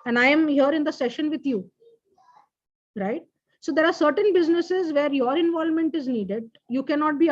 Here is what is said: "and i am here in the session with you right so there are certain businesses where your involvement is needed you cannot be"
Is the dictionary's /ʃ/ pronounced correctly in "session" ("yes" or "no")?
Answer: yes